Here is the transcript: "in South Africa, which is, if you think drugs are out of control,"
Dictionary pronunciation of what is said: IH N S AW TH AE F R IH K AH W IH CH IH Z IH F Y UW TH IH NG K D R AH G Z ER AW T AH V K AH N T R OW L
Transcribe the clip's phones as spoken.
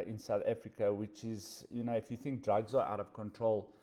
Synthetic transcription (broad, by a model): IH N S AW TH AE F R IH K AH W IH CH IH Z IH F Y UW TH IH NG K D R AH G Z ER AW T AH V K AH N T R OW L